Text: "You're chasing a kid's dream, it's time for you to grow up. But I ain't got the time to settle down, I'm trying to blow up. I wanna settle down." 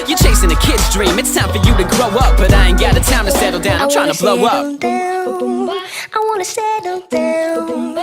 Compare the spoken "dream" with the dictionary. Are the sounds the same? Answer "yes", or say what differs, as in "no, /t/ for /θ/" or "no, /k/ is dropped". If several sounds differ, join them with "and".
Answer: yes